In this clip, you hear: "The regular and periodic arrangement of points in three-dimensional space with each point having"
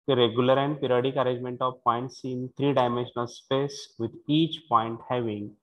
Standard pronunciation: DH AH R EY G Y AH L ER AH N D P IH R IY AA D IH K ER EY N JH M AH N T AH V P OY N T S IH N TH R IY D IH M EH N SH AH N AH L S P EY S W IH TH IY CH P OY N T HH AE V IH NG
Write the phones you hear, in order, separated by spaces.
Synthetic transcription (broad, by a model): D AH R EY G Y AH L ER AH N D P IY R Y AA D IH K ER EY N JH M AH N T AH V P OY N T S IH N T R IY D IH M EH N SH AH N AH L S P EY S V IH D IY CH P OY N T HH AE V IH NG